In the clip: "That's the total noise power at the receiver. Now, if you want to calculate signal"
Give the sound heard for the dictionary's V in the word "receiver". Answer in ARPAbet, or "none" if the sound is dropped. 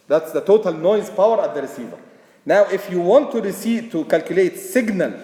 V